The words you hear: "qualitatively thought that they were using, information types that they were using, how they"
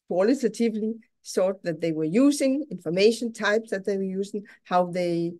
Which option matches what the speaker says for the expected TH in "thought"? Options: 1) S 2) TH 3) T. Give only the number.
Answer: 1